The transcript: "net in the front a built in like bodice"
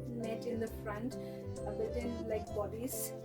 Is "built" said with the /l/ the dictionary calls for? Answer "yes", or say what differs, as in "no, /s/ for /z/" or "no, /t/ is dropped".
no, /l/ is dropped